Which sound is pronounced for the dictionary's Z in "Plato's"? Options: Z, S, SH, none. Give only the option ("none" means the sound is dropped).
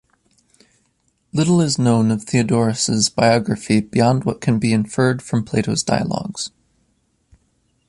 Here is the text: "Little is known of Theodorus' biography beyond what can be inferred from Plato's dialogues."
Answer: Z